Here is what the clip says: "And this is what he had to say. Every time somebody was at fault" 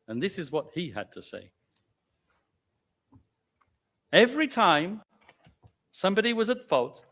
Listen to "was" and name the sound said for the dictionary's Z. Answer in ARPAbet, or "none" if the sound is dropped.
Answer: Z